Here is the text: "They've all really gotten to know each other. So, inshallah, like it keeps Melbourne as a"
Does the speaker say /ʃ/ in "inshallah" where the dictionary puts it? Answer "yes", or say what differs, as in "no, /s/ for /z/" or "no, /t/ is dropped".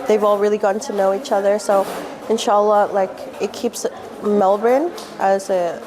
yes